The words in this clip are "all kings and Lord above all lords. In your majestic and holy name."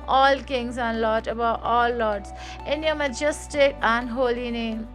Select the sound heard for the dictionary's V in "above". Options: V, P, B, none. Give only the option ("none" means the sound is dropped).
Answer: none